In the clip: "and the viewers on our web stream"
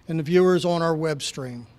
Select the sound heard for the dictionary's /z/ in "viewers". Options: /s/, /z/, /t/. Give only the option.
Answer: /z/